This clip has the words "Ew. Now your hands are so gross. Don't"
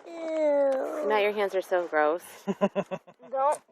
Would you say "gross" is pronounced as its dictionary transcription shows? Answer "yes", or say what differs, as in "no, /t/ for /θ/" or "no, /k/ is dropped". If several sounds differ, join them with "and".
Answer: yes